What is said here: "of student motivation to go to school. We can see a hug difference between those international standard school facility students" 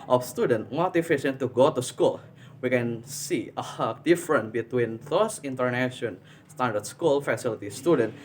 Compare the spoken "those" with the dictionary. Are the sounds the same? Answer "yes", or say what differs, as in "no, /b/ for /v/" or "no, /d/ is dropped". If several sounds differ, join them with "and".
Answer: no, /s/ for /z/